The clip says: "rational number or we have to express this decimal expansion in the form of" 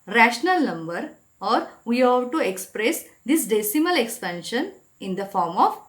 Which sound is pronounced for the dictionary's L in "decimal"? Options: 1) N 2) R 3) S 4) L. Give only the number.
4